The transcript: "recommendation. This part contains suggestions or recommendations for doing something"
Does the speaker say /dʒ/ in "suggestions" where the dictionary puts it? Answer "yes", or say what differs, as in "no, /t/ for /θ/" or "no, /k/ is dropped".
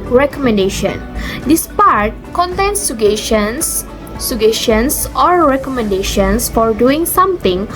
no, /ʃ/ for /dʒ/